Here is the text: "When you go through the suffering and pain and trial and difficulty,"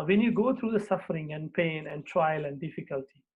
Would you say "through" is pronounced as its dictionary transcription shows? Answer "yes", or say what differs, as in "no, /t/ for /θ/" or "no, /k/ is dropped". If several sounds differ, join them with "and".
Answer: no, /t/ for /θ/